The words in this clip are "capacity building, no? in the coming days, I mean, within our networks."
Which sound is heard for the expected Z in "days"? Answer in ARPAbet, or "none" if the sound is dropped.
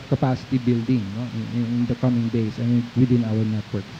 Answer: S